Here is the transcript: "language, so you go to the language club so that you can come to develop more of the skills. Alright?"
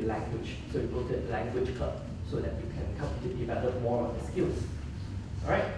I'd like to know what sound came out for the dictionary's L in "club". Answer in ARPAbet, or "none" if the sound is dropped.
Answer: none